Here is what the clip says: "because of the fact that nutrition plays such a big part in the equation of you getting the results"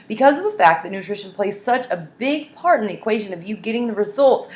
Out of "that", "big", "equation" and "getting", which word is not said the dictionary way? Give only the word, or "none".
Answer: none